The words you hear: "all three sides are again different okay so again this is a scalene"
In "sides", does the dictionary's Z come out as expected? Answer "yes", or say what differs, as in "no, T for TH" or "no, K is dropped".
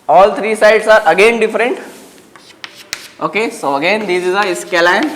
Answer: no, S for Z